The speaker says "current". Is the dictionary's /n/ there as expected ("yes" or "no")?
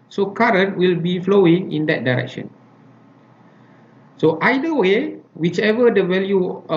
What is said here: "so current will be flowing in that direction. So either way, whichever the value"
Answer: yes